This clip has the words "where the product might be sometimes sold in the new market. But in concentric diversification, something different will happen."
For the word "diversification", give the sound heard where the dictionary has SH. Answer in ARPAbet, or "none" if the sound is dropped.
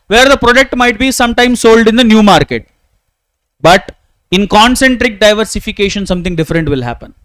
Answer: SH